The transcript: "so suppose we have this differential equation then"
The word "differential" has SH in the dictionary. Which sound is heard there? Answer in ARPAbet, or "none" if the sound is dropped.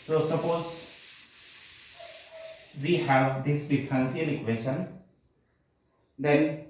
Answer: S